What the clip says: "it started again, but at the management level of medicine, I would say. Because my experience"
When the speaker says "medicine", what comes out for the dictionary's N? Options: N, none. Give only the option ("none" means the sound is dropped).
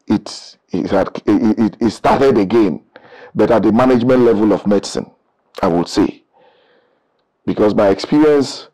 N